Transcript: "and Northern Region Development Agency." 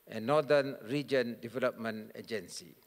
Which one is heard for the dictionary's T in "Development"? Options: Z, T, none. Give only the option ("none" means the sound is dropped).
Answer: none